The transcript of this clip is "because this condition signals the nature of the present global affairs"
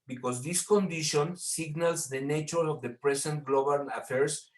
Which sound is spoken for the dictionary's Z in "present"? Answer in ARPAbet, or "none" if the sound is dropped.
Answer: S